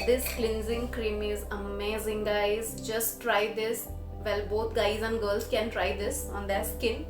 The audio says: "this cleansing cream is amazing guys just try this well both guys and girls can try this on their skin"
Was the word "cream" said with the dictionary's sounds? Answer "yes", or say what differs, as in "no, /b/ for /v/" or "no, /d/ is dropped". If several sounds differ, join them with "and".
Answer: yes